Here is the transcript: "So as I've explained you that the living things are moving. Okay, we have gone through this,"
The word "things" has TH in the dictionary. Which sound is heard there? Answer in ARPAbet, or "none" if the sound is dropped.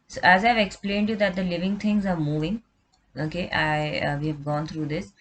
T